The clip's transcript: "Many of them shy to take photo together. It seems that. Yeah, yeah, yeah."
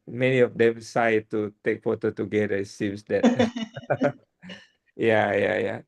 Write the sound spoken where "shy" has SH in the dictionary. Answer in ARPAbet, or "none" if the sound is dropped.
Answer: S